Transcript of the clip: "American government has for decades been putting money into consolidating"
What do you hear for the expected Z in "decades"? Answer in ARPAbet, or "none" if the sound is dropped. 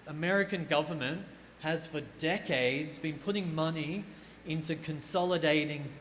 Z